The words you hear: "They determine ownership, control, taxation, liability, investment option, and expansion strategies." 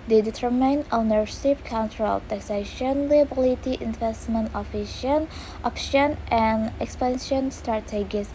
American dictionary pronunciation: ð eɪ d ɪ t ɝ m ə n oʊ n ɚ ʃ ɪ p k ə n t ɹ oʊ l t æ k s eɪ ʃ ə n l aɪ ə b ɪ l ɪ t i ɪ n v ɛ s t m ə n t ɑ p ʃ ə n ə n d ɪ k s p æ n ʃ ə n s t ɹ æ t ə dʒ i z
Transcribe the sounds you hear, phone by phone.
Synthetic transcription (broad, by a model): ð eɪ d ɪ t ɝ m ə n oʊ n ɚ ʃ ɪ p k ə n t ɹ oʊ l t æ k s eɪ ʃ ə n l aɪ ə b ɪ l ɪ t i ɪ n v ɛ s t m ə n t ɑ f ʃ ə n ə n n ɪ k s p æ n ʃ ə n s t ɹ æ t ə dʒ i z